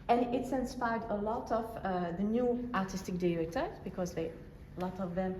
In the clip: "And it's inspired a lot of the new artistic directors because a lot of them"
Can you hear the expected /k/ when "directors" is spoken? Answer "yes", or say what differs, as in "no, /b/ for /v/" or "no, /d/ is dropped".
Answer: no, /k/ is dropped